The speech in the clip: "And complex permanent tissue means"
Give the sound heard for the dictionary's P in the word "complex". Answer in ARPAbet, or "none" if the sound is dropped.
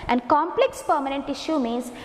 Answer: P